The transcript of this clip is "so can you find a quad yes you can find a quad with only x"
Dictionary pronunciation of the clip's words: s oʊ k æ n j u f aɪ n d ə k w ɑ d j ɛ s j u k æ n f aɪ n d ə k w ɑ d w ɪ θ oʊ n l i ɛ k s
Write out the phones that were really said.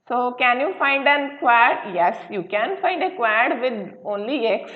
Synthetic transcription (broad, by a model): s oʊ k æ n j u f aɪ n d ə k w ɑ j j ɛ s j u k æ n f aɪ n d ə k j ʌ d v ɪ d oʊ n l i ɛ k s